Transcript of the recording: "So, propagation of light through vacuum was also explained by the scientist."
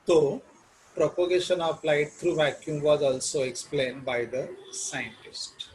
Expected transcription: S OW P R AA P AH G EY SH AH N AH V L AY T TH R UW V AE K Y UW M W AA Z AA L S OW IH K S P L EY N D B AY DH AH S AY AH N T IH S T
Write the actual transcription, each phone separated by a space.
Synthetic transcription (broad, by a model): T OW P R AA P AH G EY SH AH N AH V L AY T T R UW V AE K Y UW M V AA Z AA L S OW IH K S P L EY N D B AY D AH S AY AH N T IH S T